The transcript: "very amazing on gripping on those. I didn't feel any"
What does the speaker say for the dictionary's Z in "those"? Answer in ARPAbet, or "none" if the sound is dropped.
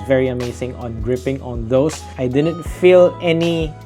S